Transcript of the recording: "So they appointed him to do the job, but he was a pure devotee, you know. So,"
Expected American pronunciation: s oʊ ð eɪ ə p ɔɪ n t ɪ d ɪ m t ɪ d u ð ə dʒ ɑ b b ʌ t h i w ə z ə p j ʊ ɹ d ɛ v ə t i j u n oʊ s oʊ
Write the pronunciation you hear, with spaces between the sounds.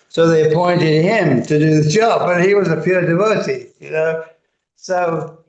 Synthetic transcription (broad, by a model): s oʊ ð eɪ ə p ɔɪ n t ɪ d ɪ m t ɪ d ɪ ð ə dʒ ɑ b b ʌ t h i w ə z ə p j ʊ ɹ d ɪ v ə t i j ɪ n oʊ s oʊ